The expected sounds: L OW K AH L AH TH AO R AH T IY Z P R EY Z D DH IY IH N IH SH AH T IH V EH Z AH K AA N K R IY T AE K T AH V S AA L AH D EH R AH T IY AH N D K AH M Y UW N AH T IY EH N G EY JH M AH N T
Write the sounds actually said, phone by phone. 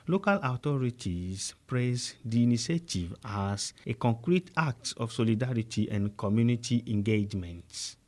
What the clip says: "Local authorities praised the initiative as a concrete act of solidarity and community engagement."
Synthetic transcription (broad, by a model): L OW K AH L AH T AO R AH T IY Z P R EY S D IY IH N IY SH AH T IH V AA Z AH K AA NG K R IY T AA K T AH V S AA L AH D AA R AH T IY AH N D K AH M Y UW N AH T IY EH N G EY JH M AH N T